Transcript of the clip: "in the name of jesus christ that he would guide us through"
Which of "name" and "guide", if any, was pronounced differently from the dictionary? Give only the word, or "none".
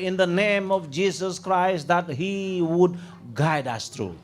none